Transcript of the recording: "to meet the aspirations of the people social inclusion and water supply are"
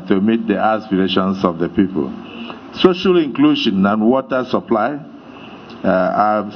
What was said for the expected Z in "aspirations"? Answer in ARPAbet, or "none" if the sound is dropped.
S